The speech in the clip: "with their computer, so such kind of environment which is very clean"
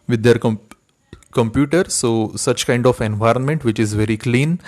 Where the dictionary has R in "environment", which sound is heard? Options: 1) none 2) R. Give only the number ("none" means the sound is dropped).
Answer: 2